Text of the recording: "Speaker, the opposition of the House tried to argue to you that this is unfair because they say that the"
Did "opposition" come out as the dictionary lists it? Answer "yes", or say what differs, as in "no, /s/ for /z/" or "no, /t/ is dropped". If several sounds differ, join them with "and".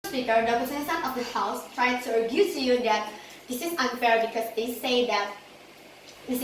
no, /s/ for /ʃ/